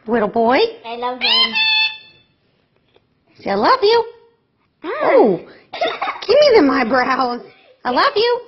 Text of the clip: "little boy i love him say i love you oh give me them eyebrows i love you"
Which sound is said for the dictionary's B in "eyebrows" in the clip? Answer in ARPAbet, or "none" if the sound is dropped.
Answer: B